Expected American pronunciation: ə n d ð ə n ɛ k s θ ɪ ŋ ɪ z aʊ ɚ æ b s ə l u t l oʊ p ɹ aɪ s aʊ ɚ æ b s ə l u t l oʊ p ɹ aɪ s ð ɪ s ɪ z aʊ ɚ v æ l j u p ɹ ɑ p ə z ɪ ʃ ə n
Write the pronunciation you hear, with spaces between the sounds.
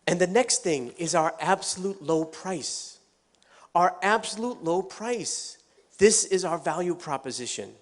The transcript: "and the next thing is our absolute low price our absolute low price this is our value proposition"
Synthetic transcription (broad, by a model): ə n ð ə n ɛ k s θ ɪ ŋ ɪ z aʊ ɚ æ b s ə l u t l oʊ p ɹ aɪ s aʊ ɚ æ b s ə l u t l oʊ p ɹ aɪ s ð ɪ s ɪ z aʊ ɚ v æ l j u p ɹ ɑ p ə z ɪ ʃ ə n